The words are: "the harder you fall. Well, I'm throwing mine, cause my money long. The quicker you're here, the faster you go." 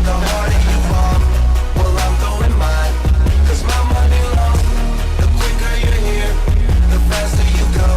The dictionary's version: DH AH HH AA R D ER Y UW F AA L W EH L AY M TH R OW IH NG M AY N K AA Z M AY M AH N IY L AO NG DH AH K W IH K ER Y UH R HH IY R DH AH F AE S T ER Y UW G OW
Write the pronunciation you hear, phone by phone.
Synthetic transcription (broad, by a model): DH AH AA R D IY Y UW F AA N W EH L AY M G OW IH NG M AY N K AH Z M AY M AH N IY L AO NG DH AH K W IH K ER Y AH R HH IY R DH AH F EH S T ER Y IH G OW